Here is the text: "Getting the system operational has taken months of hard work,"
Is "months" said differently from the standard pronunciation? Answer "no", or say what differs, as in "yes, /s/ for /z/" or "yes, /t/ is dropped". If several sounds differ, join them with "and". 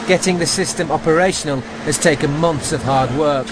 no